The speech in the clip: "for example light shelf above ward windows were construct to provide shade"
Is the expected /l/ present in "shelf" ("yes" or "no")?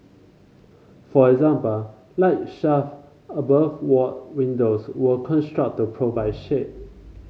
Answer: no